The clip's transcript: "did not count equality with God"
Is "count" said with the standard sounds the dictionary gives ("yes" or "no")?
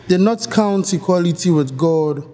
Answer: yes